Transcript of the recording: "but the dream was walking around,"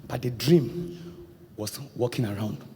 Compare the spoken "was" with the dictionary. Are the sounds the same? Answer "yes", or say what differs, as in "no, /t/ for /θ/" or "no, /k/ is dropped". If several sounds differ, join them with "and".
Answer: no, /s/ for /z/